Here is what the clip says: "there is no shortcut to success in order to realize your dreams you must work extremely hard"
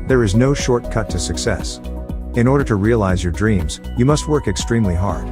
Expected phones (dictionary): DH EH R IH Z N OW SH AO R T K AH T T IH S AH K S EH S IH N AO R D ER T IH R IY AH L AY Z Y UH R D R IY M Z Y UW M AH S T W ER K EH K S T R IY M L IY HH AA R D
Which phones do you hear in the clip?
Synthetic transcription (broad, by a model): DH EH R IH Z N OW SH AO R T K AH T T IH S AH K S EH S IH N AO R D ER T IH R IY AH L AY Z Y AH R D R IY M Z Y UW M AH S T W ER K EH K S T R IY M L IY HH AA R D